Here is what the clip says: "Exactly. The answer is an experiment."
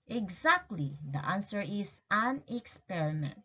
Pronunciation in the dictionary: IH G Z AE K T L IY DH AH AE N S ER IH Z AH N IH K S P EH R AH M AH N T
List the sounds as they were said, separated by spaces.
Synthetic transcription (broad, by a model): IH G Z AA K T L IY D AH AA N S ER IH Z AH N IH K S P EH R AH M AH N T